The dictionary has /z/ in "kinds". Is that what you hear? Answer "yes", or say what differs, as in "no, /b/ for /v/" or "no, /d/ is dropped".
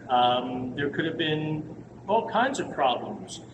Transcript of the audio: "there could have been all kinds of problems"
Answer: yes